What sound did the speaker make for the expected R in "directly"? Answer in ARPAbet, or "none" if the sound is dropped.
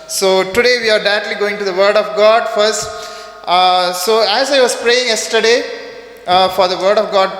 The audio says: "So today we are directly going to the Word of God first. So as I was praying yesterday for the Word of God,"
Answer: none